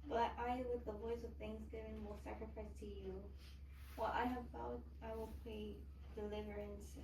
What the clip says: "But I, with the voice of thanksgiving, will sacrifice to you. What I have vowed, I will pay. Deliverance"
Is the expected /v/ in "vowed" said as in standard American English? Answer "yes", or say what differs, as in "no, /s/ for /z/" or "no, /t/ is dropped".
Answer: no, /b/ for /v/